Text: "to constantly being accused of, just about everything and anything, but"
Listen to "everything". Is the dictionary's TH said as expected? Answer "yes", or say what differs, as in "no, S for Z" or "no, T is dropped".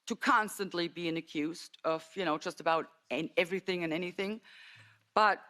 yes